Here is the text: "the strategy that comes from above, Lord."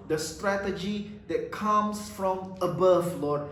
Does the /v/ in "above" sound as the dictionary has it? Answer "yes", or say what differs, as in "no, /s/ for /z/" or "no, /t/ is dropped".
no, /f/ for /v/